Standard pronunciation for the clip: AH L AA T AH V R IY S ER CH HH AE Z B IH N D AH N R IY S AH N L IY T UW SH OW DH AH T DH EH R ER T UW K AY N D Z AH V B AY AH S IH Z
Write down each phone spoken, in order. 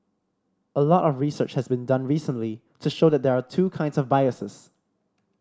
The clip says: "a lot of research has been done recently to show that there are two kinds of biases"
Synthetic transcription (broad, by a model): AH L AA T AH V R IY S ER CH HH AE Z B IH N D AH N R IY S AH N L IY T UW SH OW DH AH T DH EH R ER T UW K AY N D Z AH V B AY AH S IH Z